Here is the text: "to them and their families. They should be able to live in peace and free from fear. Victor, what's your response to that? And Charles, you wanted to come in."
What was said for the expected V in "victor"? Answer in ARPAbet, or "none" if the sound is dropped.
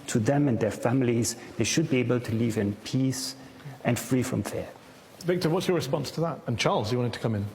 V